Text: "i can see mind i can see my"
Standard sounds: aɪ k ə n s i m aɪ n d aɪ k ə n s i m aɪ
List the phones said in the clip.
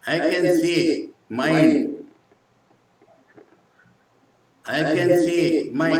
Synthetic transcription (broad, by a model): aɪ k ə n s i m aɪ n aɪ k ə n s i m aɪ